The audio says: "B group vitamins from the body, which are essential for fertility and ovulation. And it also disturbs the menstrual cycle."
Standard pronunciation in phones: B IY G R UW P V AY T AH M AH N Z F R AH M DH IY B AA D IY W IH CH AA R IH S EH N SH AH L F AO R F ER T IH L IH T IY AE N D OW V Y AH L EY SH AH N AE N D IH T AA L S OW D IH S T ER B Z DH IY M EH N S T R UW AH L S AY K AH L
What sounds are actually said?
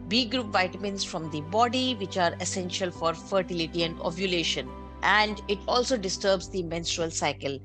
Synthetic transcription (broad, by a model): B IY G R UW P V AY T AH M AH N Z F R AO M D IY B AA D IY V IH CH AA R IH S EH N SH AH L F AO R F ER T IH L IH T IY AE N D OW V Y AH L EY SH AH N AE N D IH T AA L S OW D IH S T ER B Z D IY M EH N S T R UW AH L S AY K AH L